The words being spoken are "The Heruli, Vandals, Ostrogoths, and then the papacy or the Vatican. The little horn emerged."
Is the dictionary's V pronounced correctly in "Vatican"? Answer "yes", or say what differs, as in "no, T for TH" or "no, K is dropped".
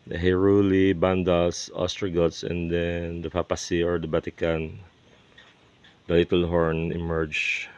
no, B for V